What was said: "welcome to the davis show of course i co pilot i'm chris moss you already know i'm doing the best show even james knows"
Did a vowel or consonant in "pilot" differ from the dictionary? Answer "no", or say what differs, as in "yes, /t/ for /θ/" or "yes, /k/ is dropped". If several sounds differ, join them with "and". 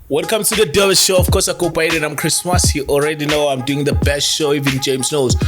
yes, /b/ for /p/